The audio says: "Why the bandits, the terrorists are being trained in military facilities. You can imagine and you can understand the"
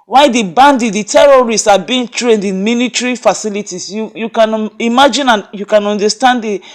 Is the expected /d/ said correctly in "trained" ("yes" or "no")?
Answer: yes